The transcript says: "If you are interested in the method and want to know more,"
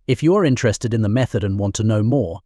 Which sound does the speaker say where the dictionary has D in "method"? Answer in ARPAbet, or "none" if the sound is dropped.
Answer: D